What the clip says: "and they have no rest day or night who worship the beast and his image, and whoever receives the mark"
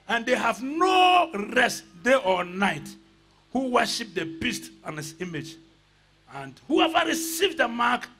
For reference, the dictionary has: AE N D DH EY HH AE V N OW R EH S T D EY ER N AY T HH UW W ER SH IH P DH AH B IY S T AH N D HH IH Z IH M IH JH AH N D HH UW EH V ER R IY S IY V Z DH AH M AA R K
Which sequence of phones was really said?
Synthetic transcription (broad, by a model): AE N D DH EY HH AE V N OW R EH S T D EY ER N AY T HH UW W ER SH IH P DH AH B IY S T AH N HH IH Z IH M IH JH AH N D HH UW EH V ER R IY S IY V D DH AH M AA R K